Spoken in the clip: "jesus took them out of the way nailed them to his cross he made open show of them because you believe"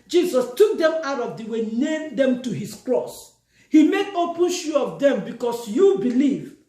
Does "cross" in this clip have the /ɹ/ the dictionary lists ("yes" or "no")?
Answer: yes